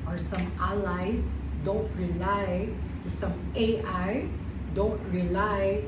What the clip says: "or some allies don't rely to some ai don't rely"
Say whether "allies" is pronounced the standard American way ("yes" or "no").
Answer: no